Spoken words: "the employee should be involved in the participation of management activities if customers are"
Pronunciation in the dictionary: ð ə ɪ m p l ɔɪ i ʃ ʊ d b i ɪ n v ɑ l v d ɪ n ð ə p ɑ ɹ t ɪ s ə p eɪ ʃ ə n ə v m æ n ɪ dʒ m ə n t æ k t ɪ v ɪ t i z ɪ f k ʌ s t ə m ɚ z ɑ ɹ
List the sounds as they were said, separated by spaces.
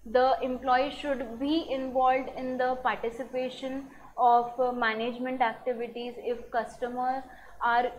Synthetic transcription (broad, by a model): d ə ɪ m p l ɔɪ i ʃ ʊ d b i ɪ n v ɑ l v d ɪ n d ə p ɑ ɹ t ɪ s ə p eɪ ʃ ə n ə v m æ n ɪ dʒ m ə n t æ k t ɪ v ɪ t i z ɪ f k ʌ s t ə m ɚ ɑ ɹ